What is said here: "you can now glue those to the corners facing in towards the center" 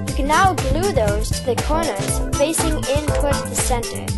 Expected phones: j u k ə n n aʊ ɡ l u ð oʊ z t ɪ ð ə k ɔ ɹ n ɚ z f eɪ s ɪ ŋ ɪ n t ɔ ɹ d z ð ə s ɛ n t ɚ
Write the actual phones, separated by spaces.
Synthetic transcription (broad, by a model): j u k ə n n aʊ ɡ l u ð oʊ z t ɪ ð ə k ɔ ɹ n ɚ z f eɪ s ɪ ŋ ɪ n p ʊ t ð ə s ɛ n t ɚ